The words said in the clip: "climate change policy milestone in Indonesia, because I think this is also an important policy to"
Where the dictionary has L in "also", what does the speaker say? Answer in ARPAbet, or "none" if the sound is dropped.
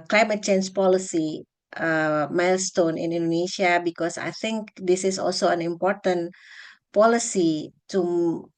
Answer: L